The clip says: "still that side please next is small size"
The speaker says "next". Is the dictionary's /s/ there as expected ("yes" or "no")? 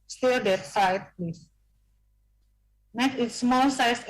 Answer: no